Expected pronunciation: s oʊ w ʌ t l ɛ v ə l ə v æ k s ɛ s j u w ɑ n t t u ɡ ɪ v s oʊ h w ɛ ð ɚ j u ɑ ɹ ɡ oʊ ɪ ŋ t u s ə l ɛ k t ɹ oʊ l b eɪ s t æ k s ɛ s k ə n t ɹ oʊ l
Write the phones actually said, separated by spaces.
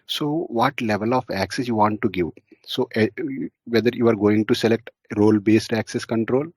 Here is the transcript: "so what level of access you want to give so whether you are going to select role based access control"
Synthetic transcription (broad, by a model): s oʊ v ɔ t l ɛ v ə l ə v æ k s ɛ s j u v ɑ n t t u ɡ ɪ v s oʊ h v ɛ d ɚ j u ɑ ɹ ɡ oʊ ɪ ŋ t u s ə l ɛ k t ɹ oʊ l b eɪ s t æ k s ɛ s k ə n t ɹ oʊ l